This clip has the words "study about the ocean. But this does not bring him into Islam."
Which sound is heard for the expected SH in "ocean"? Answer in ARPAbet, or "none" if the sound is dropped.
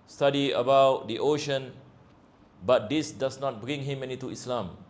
SH